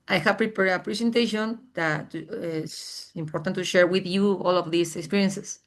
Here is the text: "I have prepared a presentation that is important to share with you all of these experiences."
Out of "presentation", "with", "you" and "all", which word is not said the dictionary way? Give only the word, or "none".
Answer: presentation